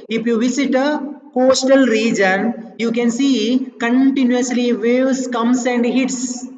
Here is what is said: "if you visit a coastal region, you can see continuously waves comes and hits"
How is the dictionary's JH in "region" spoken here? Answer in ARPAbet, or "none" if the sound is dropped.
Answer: JH